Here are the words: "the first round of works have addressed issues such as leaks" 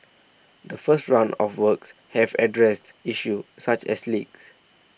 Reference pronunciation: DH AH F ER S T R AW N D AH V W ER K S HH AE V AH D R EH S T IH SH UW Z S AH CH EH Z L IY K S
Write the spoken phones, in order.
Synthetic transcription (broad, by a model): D AH F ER S T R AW N AH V W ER K S HH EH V AH D R EH S T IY SH UW S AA CH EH S L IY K S